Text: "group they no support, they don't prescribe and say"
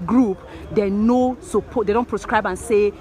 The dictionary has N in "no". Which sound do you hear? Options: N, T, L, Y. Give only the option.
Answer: N